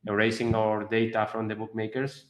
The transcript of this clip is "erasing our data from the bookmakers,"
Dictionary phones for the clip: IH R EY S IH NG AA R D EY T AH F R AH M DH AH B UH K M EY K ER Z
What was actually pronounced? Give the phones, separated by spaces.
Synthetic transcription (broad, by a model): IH R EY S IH NG AA R D EY T AH F R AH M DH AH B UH K M EY K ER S